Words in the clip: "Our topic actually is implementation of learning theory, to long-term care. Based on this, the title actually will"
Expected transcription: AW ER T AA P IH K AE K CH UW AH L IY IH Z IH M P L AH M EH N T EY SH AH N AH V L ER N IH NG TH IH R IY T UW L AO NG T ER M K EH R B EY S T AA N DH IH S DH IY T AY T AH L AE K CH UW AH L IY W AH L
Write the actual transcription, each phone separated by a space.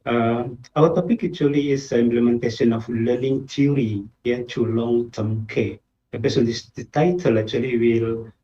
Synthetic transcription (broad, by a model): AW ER T AA P IH K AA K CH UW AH L IY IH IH M P L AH M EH N T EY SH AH N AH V L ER N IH NG T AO R IY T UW L AO NG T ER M K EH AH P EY S AA N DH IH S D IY T AY T AH L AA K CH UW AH L IY W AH L